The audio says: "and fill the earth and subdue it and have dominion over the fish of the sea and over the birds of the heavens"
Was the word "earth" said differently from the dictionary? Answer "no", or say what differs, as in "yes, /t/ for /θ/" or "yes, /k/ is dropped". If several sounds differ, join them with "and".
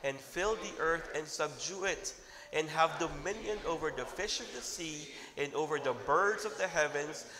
no